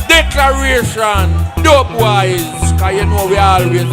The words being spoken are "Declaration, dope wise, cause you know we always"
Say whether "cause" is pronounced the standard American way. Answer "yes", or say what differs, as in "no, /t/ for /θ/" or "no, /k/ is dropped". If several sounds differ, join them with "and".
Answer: no, /z/ is dropped